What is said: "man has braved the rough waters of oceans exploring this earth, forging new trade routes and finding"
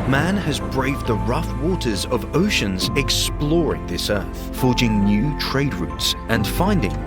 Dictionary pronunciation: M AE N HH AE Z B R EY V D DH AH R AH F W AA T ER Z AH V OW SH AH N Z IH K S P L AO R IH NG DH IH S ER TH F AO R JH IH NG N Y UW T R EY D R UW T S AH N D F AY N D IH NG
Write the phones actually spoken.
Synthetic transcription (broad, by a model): M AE N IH Z B R EY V DH AH R AH F W AA T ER Z AH V OW SH AH N Z IH K S P L AO R IH NG DH IH S ER TH F AO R JH IH NG N Y UW T R EY D R UW T S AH N F AY N D IH NG